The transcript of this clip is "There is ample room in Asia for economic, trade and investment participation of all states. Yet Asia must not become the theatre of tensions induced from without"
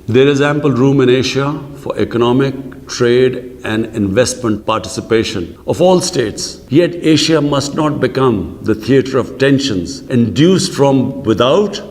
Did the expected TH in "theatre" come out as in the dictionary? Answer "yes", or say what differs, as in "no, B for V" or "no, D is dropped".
no, T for TH